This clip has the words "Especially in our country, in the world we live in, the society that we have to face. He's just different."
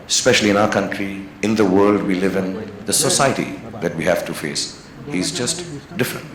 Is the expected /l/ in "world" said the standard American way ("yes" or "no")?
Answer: yes